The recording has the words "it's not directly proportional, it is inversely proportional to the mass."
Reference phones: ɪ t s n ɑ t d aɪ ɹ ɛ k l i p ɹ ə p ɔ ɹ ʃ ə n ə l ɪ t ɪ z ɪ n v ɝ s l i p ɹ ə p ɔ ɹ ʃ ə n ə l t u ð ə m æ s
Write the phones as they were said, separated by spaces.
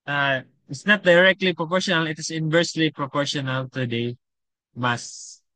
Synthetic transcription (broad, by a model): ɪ t s n ɑ t d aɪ ɹ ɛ k l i p ɹ ə p ɔ ɹ ʃ ə n ə l ɪ t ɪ s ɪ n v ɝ s l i p ɹ ə p ɔ ɹ ʃ ə n ə l t u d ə m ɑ s